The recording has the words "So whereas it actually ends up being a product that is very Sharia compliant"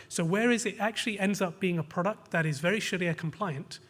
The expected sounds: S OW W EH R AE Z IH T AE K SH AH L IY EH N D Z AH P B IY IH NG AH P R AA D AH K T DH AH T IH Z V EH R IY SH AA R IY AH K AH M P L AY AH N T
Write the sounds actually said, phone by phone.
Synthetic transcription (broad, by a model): S OW W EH R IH Z IH T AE K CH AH L IY EH N D Z AH P B IY IH NG AH P R AA D AH K T DH AH T IH Z V EH R IY SH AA L IY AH K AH M P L AY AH N T